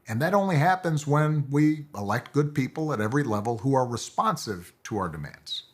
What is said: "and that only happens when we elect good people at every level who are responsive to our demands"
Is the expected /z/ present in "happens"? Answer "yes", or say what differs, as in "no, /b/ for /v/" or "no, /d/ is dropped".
yes